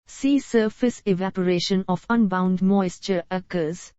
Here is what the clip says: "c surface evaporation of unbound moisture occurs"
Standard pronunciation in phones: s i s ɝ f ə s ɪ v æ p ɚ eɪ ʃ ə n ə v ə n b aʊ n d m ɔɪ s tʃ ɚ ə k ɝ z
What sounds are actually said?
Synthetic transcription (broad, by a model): s i s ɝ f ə s ɪ v æ p ɚ eɪ ʃ ə n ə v ə n b aʊ n d m ɔɪ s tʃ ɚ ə k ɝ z